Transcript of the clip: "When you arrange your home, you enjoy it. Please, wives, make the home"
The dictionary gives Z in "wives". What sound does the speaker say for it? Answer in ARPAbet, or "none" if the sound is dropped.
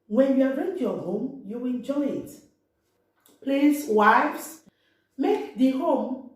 S